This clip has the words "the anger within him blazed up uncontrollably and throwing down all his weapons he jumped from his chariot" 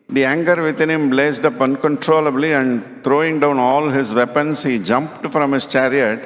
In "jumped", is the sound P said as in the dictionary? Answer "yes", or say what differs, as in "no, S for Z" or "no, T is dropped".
yes